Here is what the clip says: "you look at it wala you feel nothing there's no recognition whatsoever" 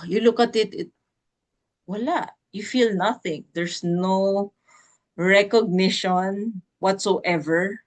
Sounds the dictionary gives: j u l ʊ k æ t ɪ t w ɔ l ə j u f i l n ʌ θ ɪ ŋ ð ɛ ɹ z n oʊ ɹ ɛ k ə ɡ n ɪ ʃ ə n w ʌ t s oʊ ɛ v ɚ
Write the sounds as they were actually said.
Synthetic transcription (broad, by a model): j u l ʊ k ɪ t ɪ t w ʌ l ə j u f i l n ʌ θ ɪ ŋ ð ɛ ɹ s n oʊ ɹ ɛ k ə ɡ n ɪ ʃ ə n w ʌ t s oʊ ɛ v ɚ